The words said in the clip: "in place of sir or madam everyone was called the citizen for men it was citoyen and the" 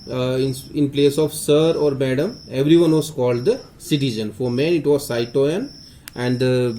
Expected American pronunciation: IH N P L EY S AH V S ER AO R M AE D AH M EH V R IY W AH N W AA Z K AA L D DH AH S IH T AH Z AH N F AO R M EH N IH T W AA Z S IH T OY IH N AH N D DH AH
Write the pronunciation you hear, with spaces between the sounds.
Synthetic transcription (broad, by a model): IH N P L EY S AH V S ER AO R M AE D AH M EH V R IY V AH N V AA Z K AA L D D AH S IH T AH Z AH N F AO R M EH N IH T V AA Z S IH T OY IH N AH N D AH